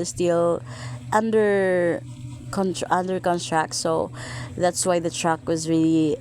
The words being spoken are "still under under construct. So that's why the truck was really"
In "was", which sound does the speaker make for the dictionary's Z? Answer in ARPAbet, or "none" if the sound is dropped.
Z